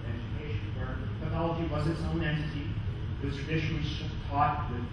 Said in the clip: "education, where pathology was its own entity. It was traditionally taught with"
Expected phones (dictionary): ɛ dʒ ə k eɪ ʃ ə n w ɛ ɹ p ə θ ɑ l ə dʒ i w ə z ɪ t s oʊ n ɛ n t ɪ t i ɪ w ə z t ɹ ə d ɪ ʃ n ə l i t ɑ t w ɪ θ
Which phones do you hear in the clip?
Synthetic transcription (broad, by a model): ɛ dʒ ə k eɪ ʃ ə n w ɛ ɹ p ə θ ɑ l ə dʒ i w ə z ɪ t s oʊ n ɛ n t ɪ t i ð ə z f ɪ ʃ l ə i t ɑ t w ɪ